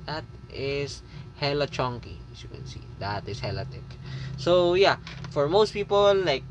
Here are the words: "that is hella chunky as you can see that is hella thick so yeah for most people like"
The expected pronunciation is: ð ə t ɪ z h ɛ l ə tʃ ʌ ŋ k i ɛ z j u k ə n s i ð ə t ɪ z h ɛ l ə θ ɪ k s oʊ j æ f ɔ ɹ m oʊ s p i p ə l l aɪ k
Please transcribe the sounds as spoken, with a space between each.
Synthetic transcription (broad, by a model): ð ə t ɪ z h ɛ l ə tʃ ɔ ŋ k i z j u k ə n s i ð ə t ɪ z h ɛ l ə t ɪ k s oʊ j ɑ f ɔ ɹ m oʊ s p i p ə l l aɪ k